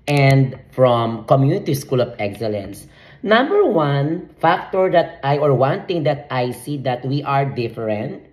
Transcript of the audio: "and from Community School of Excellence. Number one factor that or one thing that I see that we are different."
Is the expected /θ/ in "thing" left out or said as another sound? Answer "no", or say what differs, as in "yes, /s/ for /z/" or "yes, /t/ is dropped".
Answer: yes, /t/ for /θ/